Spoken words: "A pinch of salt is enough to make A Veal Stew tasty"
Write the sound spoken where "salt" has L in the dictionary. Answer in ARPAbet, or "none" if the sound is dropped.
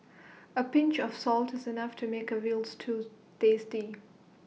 L